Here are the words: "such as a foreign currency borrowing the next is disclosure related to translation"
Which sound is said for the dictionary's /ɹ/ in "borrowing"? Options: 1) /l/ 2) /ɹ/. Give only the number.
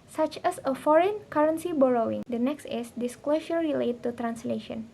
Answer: 2